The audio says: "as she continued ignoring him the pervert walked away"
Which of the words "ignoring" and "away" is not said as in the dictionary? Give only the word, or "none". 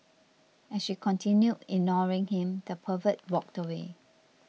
none